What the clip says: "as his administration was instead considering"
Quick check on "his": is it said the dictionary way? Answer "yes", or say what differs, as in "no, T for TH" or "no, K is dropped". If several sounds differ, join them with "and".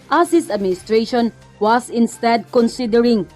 no, S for Z